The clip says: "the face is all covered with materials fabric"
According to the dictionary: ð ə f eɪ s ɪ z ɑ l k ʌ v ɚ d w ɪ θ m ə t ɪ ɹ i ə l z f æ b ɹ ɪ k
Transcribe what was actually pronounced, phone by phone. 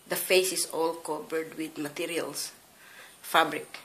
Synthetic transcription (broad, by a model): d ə f eɪ s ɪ s ɑ l k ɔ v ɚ d w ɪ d m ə t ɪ ɹ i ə l s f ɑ b ɹ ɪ k